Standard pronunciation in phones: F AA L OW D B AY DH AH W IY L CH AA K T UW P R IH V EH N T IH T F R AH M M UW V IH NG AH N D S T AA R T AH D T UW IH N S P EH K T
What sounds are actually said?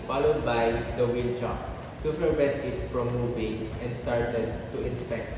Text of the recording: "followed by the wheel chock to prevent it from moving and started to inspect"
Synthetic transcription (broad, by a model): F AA L OW D B AY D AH W IY L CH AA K T UW F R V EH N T IH T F R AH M M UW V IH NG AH N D S T AA R T AH D T UW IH N S P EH K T